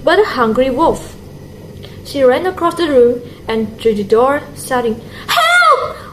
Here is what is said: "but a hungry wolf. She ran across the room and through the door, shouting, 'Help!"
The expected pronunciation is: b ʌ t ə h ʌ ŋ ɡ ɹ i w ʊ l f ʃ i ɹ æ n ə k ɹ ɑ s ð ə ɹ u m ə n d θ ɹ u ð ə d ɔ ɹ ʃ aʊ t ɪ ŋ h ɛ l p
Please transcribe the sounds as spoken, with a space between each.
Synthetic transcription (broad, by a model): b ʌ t ə h ʌ ŋ ɡ ɹ i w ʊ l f ʃ i ɹ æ n ə k ɹ ɑ s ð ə ɹ u m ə n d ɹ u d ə d ɔ ɹ s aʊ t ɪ ŋ h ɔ